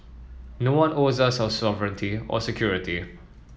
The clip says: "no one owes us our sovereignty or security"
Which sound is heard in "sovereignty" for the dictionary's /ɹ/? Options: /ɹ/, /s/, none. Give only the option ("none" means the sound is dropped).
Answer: /ɹ/